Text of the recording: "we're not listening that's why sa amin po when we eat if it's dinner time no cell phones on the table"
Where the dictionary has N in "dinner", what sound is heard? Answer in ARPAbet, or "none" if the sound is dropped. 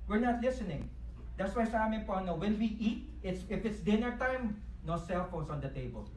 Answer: N